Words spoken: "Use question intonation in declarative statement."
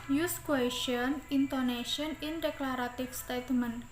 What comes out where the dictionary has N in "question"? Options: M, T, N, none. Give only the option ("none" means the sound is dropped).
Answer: N